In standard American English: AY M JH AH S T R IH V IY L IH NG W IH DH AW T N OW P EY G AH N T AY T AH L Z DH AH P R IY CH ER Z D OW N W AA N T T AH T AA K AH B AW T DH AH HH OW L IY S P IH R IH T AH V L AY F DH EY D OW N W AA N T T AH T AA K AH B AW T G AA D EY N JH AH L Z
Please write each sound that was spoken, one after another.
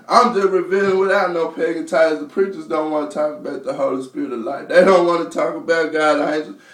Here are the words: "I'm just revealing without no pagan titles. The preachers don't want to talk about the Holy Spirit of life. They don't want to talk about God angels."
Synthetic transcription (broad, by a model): AY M JH AH S T R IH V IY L IH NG W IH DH AW T N OW P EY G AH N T AY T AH Z DH AH P R IY CH ER Z D OW N W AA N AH T AA K AH B AW T DH AH HH OW L IY S P IH R IH T AH V L AY F DH EY D OW N W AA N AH T AA K AH B AW T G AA IH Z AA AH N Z